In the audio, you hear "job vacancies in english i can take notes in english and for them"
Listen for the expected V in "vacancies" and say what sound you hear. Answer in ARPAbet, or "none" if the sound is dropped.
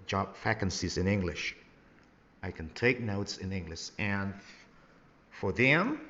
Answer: F